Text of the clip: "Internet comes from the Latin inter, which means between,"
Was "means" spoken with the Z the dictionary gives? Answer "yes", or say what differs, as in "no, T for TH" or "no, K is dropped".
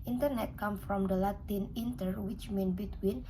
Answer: no, Z is dropped